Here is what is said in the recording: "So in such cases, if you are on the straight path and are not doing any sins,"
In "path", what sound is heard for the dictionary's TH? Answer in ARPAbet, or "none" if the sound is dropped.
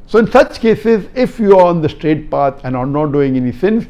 T